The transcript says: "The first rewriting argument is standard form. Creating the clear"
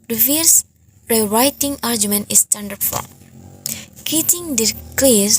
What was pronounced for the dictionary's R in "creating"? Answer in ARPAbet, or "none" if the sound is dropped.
none